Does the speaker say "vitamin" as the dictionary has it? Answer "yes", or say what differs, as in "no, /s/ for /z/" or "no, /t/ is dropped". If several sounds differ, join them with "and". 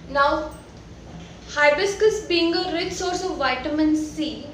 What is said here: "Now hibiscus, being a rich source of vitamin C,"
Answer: yes